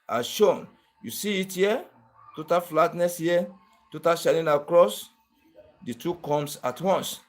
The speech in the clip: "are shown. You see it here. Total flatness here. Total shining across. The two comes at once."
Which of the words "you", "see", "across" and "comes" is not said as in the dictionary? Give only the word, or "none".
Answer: comes